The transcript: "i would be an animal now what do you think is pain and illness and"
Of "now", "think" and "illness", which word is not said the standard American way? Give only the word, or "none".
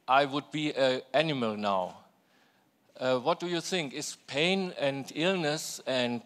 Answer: none